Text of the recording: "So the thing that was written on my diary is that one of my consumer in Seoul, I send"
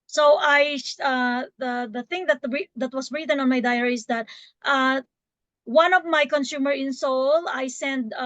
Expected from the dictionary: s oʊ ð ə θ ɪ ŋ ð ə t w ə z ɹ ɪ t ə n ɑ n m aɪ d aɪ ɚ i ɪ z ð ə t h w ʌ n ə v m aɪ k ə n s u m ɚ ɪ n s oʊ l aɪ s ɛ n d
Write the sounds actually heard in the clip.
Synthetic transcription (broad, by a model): s oʊ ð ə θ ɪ ŋ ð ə t w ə s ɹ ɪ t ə n ɑ n m aɪ d aɪ ɚ i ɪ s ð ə t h w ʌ n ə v m aɪ k ə n s u m ɚ ɪ n s oʊ l aɪ s ɛ n d